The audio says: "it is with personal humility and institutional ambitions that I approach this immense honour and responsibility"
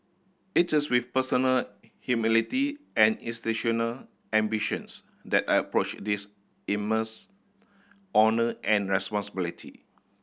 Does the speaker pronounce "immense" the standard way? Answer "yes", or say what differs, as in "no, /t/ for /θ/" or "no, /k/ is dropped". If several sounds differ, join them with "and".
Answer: no, /n/ is dropped